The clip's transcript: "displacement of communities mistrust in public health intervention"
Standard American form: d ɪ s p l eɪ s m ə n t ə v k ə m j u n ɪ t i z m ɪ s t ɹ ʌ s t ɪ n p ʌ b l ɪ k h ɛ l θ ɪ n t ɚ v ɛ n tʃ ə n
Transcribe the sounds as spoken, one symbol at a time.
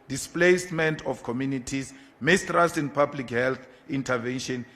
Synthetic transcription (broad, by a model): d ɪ s p l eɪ s m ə n t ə f k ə m j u n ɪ t i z m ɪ s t ɹ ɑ s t ɪ n p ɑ b l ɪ k h ɛ l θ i n t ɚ v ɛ n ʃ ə n